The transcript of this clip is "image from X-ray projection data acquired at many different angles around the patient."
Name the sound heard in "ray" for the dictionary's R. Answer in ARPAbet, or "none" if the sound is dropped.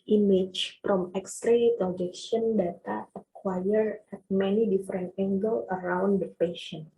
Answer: R